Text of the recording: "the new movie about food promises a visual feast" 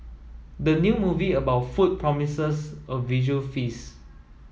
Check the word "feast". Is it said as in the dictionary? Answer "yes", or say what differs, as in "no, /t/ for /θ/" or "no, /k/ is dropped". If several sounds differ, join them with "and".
no, /t/ is dropped